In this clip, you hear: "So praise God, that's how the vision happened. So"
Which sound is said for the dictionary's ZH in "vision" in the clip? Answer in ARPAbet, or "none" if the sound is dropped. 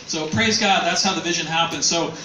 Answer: ZH